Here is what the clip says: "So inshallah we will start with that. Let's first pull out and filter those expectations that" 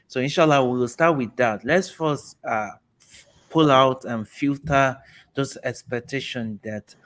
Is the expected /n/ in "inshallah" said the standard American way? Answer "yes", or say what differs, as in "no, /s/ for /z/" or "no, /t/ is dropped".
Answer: yes